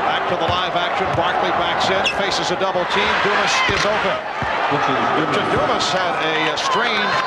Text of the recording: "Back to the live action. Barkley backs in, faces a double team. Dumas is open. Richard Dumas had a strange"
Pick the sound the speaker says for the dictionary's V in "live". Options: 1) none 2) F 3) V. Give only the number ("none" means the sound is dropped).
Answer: 3